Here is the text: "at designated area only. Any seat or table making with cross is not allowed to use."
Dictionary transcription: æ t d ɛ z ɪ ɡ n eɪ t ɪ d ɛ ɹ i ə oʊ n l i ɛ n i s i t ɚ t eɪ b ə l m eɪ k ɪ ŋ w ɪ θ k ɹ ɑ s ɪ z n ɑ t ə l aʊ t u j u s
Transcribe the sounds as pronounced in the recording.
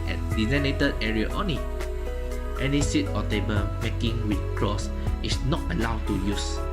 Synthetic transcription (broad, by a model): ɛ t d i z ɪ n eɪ t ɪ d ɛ ɹ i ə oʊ n i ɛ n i s i t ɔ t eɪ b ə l m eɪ k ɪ ŋ w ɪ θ k ɹ ɑ s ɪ s n ɑ t ə l aʊ t u j u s